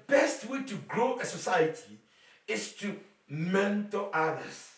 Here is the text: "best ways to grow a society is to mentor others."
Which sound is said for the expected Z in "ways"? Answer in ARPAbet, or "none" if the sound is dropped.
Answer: none